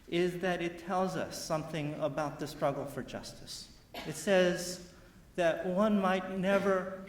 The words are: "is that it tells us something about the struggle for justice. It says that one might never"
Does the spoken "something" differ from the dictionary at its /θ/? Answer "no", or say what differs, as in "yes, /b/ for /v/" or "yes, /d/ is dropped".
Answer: no